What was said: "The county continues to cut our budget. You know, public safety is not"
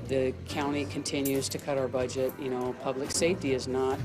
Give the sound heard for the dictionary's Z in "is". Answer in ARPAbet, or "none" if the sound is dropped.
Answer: Z